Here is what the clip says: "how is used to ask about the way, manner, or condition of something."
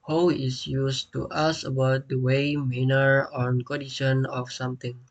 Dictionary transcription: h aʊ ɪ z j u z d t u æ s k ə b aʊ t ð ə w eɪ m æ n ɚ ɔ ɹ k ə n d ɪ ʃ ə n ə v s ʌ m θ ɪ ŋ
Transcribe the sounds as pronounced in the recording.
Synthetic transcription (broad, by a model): h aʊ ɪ s j u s t u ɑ s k ə b aʊ t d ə w eɪ m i n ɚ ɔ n k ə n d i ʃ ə n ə f s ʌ m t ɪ ŋ